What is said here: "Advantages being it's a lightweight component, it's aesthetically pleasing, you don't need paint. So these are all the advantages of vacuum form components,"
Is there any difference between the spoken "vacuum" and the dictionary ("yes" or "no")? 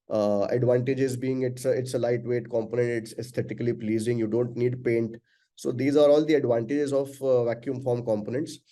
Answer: no